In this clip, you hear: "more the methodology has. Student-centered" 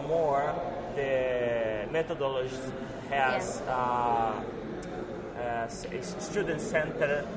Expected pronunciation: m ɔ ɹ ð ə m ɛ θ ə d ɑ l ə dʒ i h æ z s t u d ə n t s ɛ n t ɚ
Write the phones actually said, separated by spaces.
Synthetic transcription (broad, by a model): m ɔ ɹ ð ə m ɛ t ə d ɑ l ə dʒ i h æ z s t u d ə n t s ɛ n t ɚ